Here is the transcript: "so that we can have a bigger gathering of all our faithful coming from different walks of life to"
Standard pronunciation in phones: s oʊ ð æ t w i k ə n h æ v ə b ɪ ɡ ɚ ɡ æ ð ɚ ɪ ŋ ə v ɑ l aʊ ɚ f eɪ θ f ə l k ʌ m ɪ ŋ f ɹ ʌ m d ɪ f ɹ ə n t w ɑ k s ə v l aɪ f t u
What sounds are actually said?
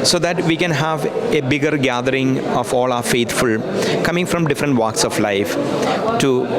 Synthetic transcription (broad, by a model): s oʊ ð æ t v i k ə n h æ v ə b ɪ ɡ ɚ ɡ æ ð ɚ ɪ ŋ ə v ɑ l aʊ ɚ f eɪ t f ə l k ʌ m ɪ ŋ f ɹ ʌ m d ɪ f ɹ ə n t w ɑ k s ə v l aɪ f t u